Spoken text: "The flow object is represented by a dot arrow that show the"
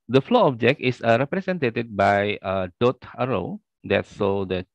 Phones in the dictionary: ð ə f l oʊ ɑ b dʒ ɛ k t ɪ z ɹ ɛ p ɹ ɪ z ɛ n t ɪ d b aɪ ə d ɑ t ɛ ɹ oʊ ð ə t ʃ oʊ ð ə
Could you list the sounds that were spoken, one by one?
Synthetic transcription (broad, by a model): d ə f l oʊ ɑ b dʒ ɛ k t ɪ s ɹ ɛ p ɹ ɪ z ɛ n t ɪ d b aɪ ə d ɑ t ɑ ɹ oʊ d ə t s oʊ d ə